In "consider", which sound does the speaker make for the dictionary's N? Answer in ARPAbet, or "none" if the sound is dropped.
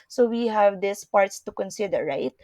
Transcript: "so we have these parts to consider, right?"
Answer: N